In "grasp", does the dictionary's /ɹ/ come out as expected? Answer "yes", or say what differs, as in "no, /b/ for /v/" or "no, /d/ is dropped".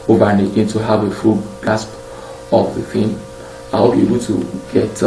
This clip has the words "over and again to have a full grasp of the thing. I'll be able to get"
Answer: no, /ɹ/ is dropped